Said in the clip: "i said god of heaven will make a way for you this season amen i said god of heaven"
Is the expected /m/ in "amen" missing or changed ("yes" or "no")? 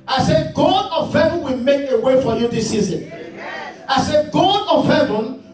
yes